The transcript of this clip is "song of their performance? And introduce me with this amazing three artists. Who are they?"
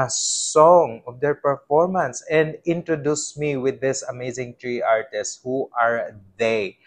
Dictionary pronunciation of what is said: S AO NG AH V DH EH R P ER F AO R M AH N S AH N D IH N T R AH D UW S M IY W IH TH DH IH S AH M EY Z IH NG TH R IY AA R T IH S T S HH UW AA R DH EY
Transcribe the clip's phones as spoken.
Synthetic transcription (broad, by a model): S AO NG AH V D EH R P ER F AO R M AH N S AH N D IH N T R AH D UW S M IY W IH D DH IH S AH M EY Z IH NG T R IY AA R T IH S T HH UW AA R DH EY